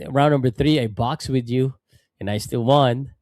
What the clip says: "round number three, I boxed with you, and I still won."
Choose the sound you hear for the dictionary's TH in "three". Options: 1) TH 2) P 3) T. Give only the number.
1